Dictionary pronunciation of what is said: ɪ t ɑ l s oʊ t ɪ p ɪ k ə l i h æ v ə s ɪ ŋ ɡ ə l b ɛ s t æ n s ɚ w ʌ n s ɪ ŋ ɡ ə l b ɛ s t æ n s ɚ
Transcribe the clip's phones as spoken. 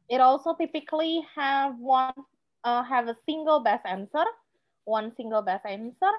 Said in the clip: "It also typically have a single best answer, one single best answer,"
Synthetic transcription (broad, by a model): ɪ t ɑ l s oʊ t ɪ p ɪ k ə n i h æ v ə s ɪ ŋ ɡ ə l b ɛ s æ n s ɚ w ʌ n s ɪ ŋ ɡ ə l b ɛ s æ n s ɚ